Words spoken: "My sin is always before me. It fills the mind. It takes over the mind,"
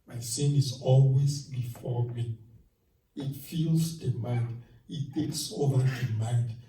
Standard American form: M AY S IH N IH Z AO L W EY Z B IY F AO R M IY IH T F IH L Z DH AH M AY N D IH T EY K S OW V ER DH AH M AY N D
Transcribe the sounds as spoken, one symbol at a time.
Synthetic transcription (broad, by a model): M AY S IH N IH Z AO L W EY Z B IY F AO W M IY IH T F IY L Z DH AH M AY N D IH T EY K S OW V ER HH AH M AY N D